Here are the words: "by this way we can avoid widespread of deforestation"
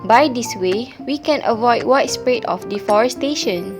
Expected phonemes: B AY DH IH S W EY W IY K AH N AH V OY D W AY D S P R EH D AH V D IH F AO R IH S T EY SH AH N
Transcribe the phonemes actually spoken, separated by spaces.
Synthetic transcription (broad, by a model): B AY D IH S W EY W IY K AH N AH V OY D W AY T S P R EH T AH F D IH F AO R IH S T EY SH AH N